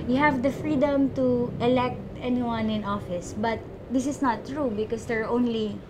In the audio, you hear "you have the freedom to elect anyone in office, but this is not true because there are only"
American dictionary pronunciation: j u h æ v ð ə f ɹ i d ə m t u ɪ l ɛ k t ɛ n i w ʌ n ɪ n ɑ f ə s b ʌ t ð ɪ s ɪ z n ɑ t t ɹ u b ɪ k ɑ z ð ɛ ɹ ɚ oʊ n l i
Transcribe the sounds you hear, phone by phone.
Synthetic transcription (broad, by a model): j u h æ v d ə f ɹ i d ə m t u ɪ l ɛ k t ɛ n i w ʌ n ɪ n ɑ f ə s b ʌ t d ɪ s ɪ s n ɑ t t ɹ u b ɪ k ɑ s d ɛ ɹ oʊ n l i